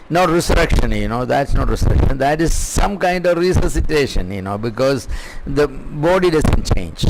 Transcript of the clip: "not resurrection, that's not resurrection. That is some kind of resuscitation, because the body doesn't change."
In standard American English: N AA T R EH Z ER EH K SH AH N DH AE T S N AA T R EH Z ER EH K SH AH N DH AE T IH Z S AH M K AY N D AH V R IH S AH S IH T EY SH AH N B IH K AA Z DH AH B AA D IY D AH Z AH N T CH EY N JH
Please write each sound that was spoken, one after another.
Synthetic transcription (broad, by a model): N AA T R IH S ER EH K SH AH N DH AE T S N AA T R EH S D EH K SH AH N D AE T IH Z S AH M K AY N D AH V R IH S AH S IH T EY SH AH N B IH K AA Z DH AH B AA D IY D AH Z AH N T CH EY N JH